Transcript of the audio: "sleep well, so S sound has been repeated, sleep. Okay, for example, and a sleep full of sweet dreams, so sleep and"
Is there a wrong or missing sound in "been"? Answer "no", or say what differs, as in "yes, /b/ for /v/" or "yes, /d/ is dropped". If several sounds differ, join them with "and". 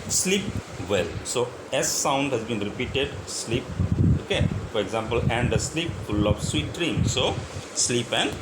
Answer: no